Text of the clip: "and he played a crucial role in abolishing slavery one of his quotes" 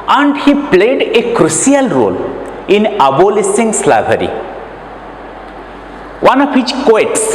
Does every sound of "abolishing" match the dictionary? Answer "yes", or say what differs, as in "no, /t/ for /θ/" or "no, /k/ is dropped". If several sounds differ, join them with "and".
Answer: no, /s/ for /ʃ/